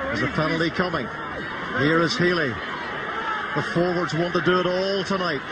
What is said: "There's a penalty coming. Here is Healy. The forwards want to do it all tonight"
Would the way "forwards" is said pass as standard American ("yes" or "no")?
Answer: yes